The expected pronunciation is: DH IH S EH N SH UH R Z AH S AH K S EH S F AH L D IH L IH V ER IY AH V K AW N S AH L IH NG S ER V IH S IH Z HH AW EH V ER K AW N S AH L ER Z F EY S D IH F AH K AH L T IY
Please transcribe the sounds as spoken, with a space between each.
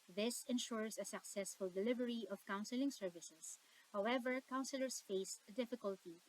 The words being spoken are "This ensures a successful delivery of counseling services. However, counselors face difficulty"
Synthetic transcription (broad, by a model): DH IH S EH N SH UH R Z AH S AH K S EH S F AH L D IH L IH V ER IY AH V K AW N S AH L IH NG S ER V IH S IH S HH AW EH V ER K AW N S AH L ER S F EY S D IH F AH K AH L T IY